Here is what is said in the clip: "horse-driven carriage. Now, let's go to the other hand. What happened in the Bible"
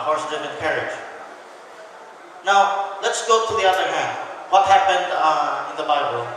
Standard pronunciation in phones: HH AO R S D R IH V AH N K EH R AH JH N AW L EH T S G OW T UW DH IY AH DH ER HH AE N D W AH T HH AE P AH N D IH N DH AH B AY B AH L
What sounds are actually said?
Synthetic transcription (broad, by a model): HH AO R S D IH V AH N K EH R AH JH N AW L EH T S G OW T UW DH IY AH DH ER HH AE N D W AH T HH AE P AH N D IH N DH AH B AY B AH L